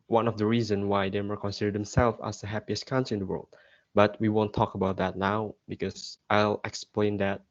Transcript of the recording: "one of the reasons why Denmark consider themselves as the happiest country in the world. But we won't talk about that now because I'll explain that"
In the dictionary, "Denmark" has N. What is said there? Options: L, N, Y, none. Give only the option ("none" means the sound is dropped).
none